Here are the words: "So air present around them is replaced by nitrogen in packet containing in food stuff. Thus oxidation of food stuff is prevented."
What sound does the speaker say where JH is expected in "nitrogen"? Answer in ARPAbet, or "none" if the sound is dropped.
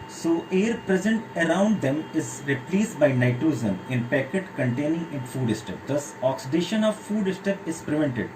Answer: Z